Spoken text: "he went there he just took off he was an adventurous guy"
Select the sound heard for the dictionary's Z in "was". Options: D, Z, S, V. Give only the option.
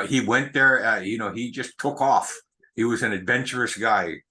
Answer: Z